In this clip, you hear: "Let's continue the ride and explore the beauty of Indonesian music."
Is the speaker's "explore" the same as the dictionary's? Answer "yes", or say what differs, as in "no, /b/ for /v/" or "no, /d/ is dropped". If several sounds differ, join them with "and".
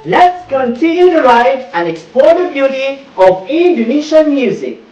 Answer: no, /l/ is dropped